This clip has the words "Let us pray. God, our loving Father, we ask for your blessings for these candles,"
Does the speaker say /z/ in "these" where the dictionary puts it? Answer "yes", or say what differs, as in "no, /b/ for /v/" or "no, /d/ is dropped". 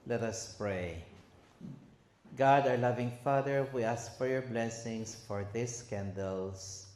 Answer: no, /s/ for /z/